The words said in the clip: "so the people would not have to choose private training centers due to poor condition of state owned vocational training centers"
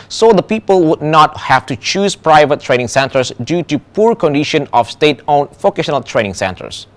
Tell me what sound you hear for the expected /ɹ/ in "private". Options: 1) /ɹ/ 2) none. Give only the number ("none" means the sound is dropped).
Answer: 1